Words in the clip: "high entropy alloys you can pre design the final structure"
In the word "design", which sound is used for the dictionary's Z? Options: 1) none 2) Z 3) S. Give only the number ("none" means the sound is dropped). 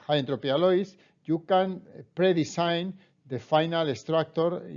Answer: 3